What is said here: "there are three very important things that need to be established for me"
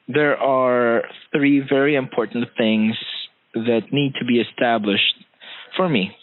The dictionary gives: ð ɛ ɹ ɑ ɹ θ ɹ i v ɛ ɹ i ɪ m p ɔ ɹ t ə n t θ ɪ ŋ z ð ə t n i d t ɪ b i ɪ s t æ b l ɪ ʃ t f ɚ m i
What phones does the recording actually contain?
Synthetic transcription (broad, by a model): ð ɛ ɹ ɑ ɹ θ ɹ i v ɛ ɹ i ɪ m p ɔ ɹ t n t θ ɪ ŋ z ð ə t n i d t ɪ b i ɪ s t æ b l ɪ ʃ t f ɚ m i